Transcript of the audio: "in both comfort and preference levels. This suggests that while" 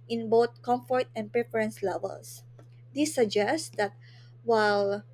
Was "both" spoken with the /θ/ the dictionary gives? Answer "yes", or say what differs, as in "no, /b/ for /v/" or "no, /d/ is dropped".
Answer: no, /t/ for /θ/